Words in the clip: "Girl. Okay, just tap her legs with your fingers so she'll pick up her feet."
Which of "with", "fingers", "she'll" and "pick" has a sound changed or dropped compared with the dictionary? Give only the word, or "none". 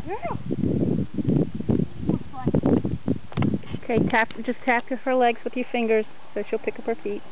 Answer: none